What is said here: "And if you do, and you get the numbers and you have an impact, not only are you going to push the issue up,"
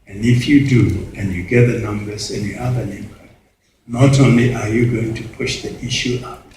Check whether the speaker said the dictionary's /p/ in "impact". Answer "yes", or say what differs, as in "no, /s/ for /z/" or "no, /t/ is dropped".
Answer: no, /b/ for /p/